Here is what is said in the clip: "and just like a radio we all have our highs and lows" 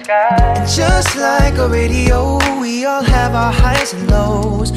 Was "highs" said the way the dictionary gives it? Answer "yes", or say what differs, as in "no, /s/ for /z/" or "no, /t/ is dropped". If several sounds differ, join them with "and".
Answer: no, /z/ is dropped